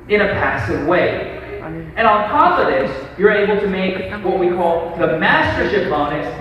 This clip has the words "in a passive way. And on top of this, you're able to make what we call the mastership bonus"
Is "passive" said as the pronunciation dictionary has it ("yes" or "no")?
yes